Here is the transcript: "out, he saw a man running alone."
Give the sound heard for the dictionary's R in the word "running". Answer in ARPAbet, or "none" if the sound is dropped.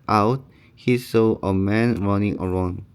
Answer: R